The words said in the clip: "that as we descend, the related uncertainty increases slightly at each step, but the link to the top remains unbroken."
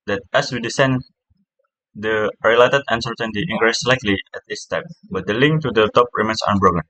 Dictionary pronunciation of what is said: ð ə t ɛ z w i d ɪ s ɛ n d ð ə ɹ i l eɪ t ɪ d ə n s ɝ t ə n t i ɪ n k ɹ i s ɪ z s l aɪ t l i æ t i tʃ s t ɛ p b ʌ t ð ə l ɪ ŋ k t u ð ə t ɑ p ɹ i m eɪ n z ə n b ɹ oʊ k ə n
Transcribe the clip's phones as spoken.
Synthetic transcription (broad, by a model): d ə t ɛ s w i d ɪ s ɛ n d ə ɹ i l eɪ t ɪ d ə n s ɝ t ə n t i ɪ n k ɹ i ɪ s l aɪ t l i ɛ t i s t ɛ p b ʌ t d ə l ɪ ŋ k t u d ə t ɑ p ɹ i m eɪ n s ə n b ɹ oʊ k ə n